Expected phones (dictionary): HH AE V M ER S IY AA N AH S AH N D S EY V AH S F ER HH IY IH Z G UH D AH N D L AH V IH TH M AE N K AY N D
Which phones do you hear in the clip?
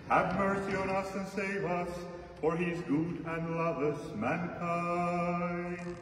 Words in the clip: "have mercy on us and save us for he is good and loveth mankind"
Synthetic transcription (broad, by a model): HH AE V M ER S IY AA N AH S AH N S EY V AH S F ER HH IY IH Z G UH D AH N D L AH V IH S M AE N K AY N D